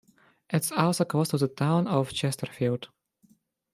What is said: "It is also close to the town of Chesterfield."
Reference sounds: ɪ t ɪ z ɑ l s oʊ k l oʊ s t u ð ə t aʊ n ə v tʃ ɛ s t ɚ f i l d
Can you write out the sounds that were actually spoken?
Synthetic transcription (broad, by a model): ɪ t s ɑ l s oʊ k oʊ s t u ð ə t aʊ n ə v tʃ ɛ s t ɚ f i l d